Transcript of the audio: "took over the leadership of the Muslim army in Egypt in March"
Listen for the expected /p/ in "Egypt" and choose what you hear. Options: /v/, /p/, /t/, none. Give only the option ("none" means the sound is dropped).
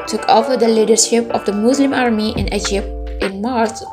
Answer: /p/